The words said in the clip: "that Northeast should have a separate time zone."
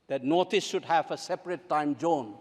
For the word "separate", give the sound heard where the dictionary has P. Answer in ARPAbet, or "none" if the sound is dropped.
P